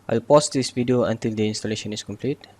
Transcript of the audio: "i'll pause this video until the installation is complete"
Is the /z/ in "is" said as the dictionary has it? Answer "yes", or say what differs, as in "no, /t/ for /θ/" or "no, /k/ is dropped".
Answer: no, /s/ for /z/